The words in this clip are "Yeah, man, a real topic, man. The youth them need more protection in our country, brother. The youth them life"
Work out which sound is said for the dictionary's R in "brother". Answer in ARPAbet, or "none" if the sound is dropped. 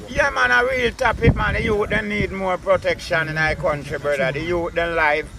none